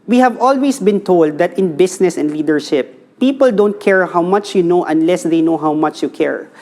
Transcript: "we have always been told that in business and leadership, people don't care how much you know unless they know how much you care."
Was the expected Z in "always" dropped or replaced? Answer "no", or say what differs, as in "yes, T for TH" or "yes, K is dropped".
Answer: yes, S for Z